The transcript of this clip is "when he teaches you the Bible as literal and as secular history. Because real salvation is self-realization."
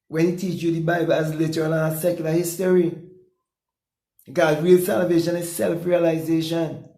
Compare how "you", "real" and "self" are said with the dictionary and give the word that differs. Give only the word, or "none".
none